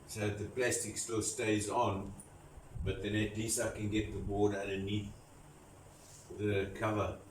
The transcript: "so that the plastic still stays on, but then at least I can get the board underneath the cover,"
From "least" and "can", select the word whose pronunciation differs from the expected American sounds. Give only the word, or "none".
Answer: least